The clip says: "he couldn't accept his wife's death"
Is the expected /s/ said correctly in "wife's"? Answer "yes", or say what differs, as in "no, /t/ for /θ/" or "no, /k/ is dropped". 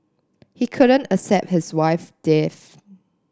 no, /s/ is dropped